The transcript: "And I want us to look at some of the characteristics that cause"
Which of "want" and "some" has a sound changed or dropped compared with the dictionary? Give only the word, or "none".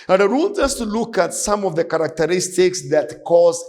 want